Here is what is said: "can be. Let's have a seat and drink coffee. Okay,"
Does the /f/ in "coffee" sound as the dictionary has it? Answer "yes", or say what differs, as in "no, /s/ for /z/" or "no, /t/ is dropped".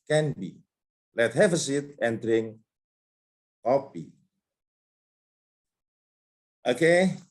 no, /p/ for /f/